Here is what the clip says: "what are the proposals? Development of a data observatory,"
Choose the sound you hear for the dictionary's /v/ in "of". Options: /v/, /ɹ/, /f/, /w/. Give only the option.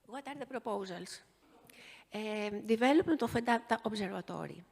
/f/